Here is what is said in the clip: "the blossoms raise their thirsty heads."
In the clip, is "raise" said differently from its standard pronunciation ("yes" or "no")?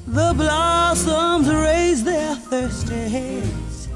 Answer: no